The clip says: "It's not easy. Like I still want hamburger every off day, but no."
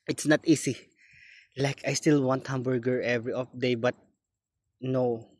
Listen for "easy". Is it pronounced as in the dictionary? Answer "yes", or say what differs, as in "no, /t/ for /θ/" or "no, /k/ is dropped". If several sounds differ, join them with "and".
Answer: no, /s/ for /z/